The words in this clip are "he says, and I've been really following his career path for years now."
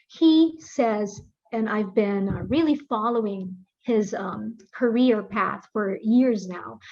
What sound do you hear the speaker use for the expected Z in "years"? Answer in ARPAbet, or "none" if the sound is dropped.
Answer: Z